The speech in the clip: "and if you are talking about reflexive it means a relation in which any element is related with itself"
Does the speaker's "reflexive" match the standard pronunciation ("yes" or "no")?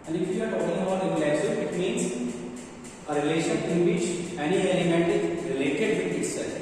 no